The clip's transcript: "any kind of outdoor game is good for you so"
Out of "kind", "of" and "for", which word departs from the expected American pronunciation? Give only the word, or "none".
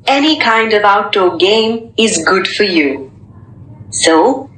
none